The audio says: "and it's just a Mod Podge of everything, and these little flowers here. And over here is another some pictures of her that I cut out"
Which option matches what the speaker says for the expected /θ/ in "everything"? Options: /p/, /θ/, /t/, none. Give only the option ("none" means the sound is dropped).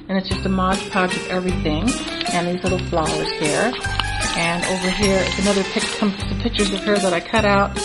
/θ/